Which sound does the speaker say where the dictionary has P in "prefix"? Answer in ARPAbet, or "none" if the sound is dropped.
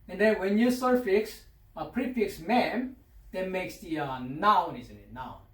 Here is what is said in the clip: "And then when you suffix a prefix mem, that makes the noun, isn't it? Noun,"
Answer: P